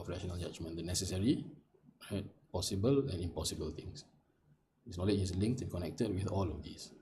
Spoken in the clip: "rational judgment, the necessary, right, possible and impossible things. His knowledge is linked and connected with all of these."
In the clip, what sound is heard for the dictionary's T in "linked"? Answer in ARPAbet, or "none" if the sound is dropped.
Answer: T